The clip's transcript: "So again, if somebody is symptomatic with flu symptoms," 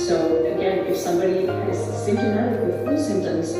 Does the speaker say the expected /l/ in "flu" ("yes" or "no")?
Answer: no